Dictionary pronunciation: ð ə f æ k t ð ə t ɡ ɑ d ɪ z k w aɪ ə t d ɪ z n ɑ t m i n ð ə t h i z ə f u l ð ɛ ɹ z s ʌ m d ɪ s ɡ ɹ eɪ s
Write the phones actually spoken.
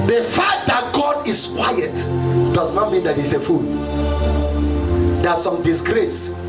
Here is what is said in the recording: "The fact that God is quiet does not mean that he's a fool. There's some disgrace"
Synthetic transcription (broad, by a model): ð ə f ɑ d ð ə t ɡ ɑ d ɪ s k w aɪ ə t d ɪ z n ɑ t m i n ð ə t h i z ə f u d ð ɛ s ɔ m d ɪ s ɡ ɹ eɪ s